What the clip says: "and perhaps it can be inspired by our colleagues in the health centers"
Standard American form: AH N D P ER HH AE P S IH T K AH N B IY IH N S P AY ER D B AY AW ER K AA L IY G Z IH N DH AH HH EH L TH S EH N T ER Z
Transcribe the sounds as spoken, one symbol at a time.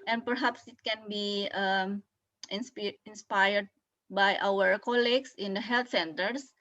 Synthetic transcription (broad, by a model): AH N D P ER HH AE P S IH T K AH N B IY IH N S P AY ER D B AY AW ER K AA L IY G S IH N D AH HH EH L T S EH N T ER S